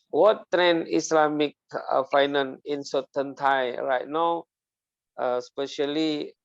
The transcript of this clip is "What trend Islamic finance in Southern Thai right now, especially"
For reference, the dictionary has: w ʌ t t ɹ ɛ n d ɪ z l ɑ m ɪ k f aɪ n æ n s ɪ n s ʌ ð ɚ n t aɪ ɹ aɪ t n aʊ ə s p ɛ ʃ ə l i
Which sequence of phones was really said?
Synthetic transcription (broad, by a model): w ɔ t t ɹ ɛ n ɪ s l ɑ m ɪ k f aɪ n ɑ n ɪ n s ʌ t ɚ n t aɪ ɹ aɪ t n aʊ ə s p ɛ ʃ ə l i